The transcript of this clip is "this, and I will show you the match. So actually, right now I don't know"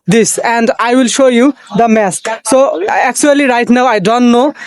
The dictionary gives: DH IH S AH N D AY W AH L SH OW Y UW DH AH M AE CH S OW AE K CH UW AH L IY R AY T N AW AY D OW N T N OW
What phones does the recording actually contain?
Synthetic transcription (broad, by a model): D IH S AH N D AY W AH L SH OW Y UW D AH M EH S S OW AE K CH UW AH L IY R AY T N AW AY D OW N T N OW